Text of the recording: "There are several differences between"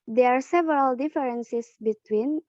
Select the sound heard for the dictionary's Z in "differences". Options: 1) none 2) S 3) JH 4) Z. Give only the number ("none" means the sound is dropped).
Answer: 2